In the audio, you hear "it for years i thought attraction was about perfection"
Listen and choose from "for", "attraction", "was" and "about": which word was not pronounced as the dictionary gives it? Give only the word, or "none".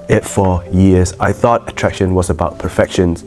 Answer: none